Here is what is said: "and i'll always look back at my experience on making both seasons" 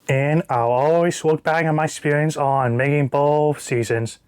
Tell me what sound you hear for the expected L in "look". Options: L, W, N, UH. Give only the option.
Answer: W